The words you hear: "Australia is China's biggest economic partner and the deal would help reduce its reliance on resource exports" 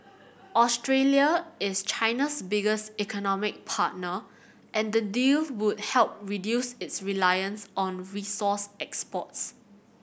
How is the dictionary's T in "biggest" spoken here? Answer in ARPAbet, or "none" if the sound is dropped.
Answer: T